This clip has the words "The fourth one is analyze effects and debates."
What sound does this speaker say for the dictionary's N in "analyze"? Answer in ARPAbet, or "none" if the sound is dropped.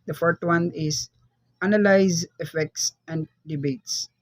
N